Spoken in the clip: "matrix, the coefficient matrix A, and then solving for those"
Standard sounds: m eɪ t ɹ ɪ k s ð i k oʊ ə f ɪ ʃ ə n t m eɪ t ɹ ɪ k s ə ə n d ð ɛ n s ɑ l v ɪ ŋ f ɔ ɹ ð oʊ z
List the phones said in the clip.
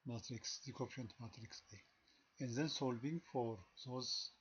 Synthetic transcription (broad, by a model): m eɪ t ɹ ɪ k s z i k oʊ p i ə n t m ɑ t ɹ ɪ k s ə ə n d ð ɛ n s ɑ l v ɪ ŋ f ɔ ɹ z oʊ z